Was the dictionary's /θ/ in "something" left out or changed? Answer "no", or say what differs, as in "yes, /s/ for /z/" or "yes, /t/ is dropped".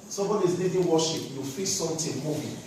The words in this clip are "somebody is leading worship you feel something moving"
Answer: yes, /t/ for /θ/